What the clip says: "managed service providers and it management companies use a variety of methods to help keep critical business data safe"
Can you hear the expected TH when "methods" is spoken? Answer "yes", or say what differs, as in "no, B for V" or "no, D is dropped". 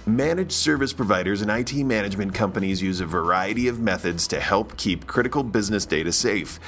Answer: yes